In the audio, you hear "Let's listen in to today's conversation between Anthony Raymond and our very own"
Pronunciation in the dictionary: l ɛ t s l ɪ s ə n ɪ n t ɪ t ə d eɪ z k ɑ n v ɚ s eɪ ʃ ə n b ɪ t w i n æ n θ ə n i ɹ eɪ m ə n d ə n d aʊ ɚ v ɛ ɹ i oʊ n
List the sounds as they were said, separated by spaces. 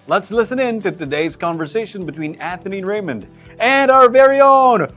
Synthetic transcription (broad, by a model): l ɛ t s l ɪ s ə n ɪ n t ɪ t ə d eɪ z k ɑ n v ɚ s eɪ ʃ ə n b ɪ t w i n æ θ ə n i ɹ eɪ m ə n d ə n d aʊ ɚ v ɛ ɹ i oʊ n